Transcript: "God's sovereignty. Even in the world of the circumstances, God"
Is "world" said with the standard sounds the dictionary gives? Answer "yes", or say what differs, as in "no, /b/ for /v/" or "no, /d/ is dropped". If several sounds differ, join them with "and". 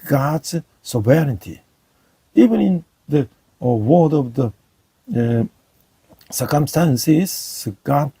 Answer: no, /l/ is dropped